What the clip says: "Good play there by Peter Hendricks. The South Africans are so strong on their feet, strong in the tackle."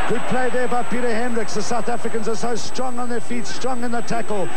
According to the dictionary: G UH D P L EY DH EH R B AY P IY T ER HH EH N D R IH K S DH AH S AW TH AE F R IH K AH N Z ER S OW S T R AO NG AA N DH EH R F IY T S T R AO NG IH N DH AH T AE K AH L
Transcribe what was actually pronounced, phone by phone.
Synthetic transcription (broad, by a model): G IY P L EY DH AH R B AY P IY T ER HH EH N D R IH K S DH AH S AW TH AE F R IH K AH N Z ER S OW S T R AO NG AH N DH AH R F IY T S T R AO NG IH N DH AH T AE K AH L